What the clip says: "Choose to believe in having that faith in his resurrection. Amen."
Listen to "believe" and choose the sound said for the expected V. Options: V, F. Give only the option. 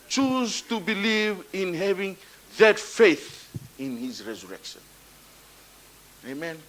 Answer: V